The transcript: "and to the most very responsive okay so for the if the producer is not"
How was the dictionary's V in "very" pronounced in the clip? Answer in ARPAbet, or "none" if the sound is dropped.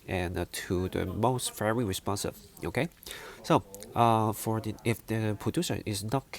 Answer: F